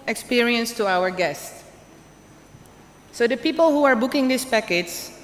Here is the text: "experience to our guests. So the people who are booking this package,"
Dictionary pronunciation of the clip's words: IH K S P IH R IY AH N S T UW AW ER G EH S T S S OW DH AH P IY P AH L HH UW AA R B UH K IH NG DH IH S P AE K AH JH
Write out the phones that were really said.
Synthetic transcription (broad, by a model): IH K S P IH R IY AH N S T UW AW ER G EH S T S S OW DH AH P IY P AH L HH UW AA R B UH K IH NG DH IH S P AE K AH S